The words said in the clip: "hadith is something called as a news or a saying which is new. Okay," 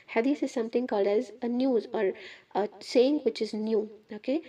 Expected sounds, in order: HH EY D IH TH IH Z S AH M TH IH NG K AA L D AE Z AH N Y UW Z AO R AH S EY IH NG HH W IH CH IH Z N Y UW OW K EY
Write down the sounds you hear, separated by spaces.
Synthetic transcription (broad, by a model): HH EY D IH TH IH Z S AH M T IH NG K AA L D AE Z AH N Y UW Z AO R AH S EY IH NG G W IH CH IH Z N Y UW OW K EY